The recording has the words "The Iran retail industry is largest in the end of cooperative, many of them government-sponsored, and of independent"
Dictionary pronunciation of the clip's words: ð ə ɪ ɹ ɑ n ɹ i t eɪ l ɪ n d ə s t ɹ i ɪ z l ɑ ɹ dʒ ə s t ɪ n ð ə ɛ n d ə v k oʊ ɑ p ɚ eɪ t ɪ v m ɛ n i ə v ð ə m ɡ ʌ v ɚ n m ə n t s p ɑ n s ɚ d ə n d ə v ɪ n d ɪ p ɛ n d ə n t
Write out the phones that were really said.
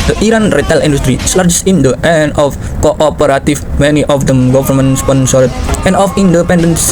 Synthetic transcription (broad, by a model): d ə ɪ ɹ ɑ n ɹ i t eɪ l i n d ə s t ɹ i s l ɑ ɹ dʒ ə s ɪ n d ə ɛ n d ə f k oʊ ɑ p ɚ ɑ t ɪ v m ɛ n i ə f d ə m ɡ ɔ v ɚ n m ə n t s p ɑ n s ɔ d ə n d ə f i n d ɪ p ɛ n d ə n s